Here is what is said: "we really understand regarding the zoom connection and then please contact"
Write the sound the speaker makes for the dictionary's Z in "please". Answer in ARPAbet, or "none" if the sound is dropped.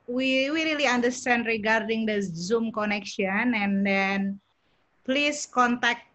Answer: S